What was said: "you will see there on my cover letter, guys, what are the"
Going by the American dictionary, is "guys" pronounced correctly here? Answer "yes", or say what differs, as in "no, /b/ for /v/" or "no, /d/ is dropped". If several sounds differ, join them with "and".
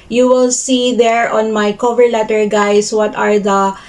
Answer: no, /s/ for /z/